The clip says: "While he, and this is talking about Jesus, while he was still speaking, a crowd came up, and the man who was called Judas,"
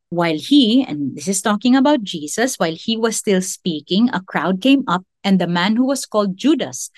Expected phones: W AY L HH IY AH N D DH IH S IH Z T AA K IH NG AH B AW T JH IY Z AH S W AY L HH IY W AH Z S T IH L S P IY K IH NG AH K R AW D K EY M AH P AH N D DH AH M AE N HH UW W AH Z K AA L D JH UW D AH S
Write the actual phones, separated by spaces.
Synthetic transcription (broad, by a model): W AY L HH IY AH N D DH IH S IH S T AA K IH NG AH B AW T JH IY S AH S W AY L HH IY W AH S T IH L S P IY K IH NG AH K R AW D K EY M AH P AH N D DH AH M AE N HH UW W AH S K AA L D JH UW D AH S